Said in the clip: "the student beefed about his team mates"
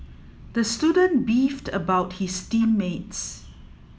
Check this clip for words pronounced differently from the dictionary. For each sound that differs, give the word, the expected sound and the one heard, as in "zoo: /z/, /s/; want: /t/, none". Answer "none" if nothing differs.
his: /z/, /s/